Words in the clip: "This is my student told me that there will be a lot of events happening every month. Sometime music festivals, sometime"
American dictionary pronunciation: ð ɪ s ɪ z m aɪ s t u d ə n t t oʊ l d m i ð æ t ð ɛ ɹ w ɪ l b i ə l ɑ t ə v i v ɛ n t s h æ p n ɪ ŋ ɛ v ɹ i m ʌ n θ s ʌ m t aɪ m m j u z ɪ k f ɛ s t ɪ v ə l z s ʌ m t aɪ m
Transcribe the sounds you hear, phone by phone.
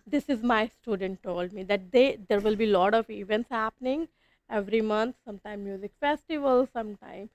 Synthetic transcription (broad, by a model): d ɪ s ɪ z m aɪ s t u d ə n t t oʊ l d m i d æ t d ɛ ɹ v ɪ l b i l ɑ t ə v i v ɛ n t s h æ p n ɪ ŋ ɛ v ɹ i m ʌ n t s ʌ m t aɪ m m j u z ɪ k f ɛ s t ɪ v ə l s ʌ m t aɪ m